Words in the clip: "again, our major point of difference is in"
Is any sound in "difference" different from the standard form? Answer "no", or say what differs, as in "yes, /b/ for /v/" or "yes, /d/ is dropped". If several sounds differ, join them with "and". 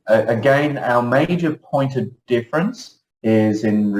no